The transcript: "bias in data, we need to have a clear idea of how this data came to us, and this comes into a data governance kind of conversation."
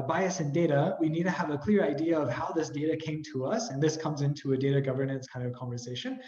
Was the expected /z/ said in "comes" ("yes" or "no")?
yes